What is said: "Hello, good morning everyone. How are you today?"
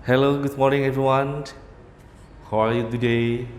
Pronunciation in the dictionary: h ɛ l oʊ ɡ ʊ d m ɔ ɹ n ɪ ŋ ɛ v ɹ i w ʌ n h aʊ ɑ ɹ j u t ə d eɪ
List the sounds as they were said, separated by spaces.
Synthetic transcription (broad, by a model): h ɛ l oʊ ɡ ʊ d m ɔ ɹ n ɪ ŋ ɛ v ɹ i w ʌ n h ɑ l j u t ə d eɪ